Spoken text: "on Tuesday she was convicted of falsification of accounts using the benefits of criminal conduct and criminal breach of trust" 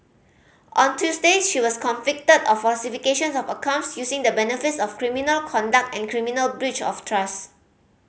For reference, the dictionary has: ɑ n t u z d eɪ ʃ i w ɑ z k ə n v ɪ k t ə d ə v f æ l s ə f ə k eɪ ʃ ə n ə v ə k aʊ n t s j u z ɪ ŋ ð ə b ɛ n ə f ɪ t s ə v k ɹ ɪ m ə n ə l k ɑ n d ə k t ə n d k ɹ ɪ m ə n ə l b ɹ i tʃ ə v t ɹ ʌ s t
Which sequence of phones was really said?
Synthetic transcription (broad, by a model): ɑ n t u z d eɪ ʃ i w ɑ s k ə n f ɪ k t ə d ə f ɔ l s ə f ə k eɪ ʃ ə n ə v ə k aʊ n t s j u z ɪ ŋ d ə b ɛ n ə f ɪ t s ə f k ɹ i m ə n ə l k ɑ n d ə k t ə n k ɹ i m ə n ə l b ɹ i tʃ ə f t ɹ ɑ s